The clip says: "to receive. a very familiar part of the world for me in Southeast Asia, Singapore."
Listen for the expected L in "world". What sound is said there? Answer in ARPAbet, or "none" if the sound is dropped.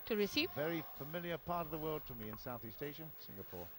L